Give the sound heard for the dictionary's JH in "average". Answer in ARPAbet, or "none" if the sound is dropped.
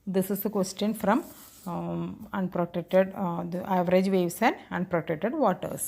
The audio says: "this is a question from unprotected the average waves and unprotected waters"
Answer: JH